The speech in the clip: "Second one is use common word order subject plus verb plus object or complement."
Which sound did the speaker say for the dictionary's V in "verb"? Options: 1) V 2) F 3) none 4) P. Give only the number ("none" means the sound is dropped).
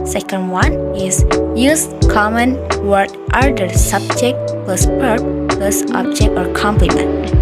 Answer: 4